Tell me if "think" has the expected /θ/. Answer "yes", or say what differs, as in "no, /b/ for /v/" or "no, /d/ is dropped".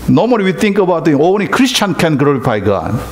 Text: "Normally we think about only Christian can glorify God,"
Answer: no, /t/ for /θ/